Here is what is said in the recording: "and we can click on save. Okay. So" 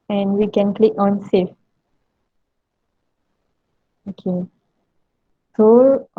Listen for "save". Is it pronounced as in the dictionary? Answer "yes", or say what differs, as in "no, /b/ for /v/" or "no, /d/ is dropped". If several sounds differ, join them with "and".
no, /f/ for /v/